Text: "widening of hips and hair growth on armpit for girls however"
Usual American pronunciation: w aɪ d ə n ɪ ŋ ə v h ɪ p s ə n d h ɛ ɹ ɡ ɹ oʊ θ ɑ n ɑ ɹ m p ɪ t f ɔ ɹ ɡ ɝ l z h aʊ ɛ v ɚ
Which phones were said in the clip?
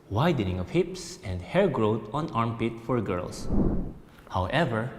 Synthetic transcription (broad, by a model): w aɪ d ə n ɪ ŋ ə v h ɪ p s ə n d h ɛ ɹ ɡ ɹ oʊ t ɑ n ɑ ɹ m p ɪ t f ɔ ɹ ɡ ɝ l s h aʊ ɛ v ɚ